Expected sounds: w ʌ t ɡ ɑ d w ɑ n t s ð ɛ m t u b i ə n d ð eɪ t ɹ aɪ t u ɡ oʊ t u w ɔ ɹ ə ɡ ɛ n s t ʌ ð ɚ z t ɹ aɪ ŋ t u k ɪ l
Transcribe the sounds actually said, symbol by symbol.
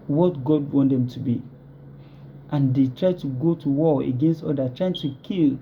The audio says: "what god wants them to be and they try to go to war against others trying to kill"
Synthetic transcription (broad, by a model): w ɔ t ɡ ɑ d w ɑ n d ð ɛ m t u b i ə n d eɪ t ɹ aɪ t u ɡ oʊ t u w ɔ ə ɡ ɛ n s t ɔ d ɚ t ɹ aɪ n t u k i l